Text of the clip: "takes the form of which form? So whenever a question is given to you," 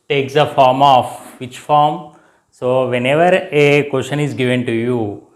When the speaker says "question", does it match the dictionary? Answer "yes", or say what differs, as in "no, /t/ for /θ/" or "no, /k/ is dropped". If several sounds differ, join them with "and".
no, /ʃ/ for /tʃ/